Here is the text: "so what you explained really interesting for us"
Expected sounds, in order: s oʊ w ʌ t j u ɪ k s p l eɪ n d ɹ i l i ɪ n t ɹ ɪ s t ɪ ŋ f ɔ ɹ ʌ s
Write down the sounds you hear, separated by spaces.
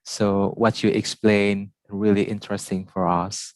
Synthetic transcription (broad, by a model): s oʊ w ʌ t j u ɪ k s p l eɪ n ɹ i l i ɪ n t ɹ ɪ s t ɪ ŋ f ɔ ɹ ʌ s